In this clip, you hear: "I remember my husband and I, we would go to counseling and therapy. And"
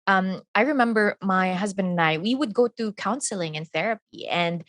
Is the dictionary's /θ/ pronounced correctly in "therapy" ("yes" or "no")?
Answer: yes